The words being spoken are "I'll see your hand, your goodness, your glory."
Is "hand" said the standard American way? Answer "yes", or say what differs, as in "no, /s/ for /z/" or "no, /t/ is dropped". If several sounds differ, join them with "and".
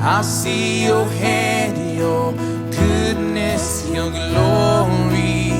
no, /n/ is dropped